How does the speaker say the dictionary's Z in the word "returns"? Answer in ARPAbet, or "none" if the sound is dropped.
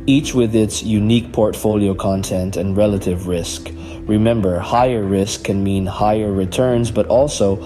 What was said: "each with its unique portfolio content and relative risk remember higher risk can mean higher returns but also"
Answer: Z